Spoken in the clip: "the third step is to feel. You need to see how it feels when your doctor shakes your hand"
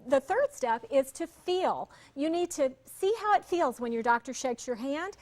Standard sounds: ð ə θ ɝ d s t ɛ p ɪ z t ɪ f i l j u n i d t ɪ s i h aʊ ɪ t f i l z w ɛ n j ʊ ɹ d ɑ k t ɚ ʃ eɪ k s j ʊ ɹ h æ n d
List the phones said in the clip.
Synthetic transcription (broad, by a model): ð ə θ ɝ d s t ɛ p ɪ z t ɪ f i l j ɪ n i d t ɪ s i h aʊ ɪ t f i l z w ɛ n j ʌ ɹ d ɑ k t ɚ ʃ eɪ k s j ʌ ɹ h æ n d